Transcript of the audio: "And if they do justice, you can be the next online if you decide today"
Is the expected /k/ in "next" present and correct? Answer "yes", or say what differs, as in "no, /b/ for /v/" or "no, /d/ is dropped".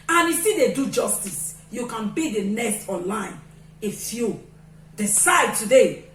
no, /k/ is dropped